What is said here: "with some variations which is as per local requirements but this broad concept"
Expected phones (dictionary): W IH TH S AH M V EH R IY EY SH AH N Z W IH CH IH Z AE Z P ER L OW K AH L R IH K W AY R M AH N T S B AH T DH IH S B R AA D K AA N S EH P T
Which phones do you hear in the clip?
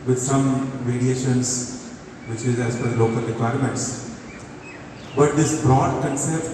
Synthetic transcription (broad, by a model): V IH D S AH M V EH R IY EY SH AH N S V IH CH IH Z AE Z F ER L OW K AH L R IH K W AY R M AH N T S B AH T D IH S B R AA D K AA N S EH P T